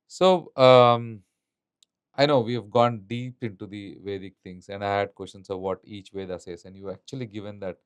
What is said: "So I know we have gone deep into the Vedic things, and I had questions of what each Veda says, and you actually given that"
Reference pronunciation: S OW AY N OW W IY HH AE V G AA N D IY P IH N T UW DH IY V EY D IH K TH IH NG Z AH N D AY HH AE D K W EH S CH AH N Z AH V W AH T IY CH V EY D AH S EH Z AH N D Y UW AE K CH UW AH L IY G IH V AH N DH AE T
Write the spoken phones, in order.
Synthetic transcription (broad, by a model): S OW AY N OW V IY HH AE V G AA N D IY P IH N T UW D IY V EY D IH K T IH NG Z AH N D AY HH AE D K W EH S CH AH N S AH V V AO T IY CH V EY D AH S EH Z AH N D Y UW AE K CH UW AH L IY G IH V AH N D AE T